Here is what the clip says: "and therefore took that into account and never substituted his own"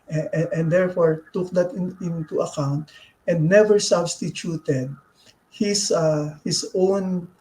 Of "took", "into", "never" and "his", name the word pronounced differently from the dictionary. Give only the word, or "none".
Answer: his